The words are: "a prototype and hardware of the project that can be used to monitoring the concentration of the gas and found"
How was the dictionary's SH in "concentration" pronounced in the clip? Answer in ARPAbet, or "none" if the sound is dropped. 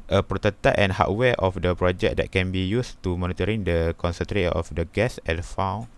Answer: none